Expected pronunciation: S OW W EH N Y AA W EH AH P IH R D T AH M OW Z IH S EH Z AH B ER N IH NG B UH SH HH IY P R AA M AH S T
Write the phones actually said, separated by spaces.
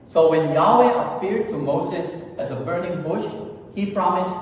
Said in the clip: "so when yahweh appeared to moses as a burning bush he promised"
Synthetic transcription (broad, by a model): S OW W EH N Y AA W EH AH P IH R D T AH M OW Z IH S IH Z AH B ER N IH NG B UH SH HH IY P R AA M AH S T